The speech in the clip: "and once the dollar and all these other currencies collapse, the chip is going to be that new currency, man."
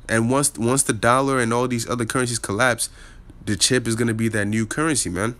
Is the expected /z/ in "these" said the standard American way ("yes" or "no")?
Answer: yes